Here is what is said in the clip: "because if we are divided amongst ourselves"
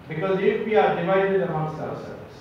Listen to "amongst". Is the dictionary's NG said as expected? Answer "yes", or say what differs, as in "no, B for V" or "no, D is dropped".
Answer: no, NG is dropped